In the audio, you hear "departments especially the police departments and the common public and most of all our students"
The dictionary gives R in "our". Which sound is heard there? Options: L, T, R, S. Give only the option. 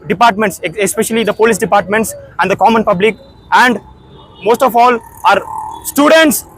R